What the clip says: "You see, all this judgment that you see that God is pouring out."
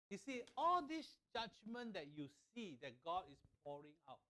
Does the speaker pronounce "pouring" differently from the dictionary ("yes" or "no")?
no